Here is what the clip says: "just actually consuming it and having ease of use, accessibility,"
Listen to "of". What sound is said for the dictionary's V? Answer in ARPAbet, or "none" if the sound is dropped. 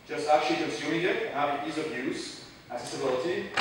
B